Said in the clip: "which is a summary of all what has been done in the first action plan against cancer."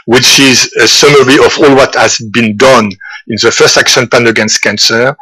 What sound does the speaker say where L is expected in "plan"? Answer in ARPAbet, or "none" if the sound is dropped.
none